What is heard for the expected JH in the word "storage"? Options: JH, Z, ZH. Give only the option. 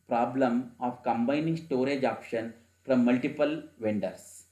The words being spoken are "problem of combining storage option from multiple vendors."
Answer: JH